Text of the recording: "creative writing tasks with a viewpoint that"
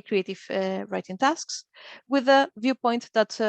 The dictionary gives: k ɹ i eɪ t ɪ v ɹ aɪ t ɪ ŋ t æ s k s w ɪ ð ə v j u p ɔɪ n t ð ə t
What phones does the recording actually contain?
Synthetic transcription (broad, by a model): k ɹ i eɪ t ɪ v ɹ aɪ t ɪ ŋ t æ s k s w ɪ ð ə v j u p ɔɪ n t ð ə t